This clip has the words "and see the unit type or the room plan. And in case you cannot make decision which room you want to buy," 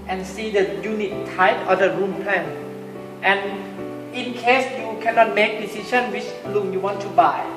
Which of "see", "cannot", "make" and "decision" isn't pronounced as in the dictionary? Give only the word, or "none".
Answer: decision